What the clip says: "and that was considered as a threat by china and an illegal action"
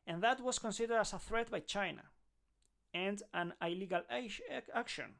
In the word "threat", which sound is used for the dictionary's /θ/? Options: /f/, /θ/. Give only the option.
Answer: /θ/